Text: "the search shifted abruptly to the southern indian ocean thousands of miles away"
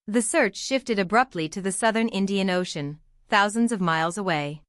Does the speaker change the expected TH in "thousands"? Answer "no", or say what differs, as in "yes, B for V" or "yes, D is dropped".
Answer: no